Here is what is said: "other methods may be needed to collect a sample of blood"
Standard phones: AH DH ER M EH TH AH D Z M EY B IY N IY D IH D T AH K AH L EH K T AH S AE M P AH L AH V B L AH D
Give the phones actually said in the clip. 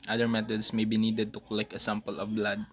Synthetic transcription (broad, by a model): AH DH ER M EH T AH D S M EY B IY N IY D IH D T AH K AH L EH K AH S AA M P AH L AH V B L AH D